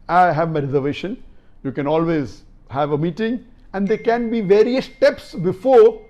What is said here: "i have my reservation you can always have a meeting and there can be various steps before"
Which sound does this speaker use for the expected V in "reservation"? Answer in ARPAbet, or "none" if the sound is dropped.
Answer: V